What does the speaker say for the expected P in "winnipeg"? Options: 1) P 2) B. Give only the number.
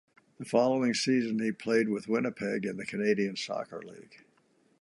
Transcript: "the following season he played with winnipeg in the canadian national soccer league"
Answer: 1